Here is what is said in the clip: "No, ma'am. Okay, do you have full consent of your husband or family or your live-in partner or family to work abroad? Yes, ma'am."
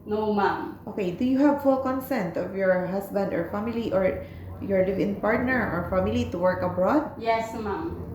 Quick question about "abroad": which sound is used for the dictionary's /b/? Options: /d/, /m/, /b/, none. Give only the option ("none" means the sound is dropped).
/b/